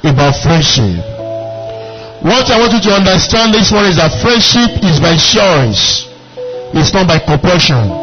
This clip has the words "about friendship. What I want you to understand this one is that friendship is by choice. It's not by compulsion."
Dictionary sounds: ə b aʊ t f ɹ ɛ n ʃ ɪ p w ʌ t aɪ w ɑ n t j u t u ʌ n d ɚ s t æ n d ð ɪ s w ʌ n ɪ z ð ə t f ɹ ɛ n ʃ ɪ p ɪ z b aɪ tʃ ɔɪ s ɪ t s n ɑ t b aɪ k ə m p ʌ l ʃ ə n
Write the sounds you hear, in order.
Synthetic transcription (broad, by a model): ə b aʊ t f ɹ ɛ n ʃ ɪ p w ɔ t aɪ w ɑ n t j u t u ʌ n d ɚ s t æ n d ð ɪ s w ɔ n ɪ z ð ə t f ɹ ɛ n ʃ ɪ p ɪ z b aɪ ʃ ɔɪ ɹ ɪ s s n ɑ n b aɪ k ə m p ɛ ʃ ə n